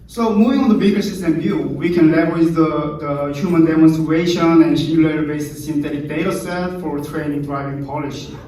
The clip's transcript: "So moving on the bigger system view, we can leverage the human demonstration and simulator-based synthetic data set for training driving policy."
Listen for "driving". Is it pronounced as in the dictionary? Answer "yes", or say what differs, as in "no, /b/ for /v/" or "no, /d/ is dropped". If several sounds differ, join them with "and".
yes